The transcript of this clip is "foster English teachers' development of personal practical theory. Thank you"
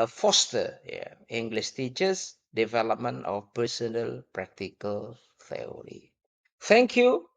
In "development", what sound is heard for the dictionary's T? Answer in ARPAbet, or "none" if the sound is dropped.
none